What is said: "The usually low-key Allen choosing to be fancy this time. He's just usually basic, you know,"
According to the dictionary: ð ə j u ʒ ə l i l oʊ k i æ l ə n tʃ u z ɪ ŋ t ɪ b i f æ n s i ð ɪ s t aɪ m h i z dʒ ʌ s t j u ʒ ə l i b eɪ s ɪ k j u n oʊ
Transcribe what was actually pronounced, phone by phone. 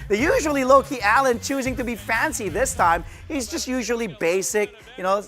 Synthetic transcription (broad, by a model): ð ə j u ʒ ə l i l oʊ k i æ l ə n tʃ u z ɪ ŋ t ɪ b i f æ n s i ð ɪ s t aɪ m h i z dʒ ʌ s t j u ʒ ə l i b eɪ s ɪ k j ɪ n oʊ